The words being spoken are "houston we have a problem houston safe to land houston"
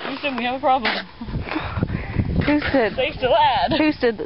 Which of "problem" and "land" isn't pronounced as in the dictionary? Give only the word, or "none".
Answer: land